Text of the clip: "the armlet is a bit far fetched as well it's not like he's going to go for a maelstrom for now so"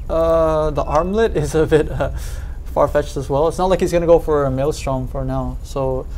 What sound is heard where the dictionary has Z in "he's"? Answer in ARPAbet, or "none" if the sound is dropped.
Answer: Z